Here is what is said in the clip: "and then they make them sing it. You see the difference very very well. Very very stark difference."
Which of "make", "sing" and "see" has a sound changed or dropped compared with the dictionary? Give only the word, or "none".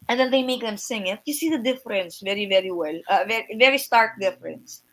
none